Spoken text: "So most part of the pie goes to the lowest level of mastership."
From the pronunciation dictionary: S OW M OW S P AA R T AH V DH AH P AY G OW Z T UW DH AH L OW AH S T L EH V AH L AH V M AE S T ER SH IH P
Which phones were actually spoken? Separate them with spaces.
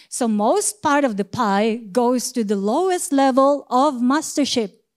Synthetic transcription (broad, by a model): S OW M OW S P AA R T AH V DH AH P AY G OW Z T UW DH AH L OW AH S T L EH V AH L AH V M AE S T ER SH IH P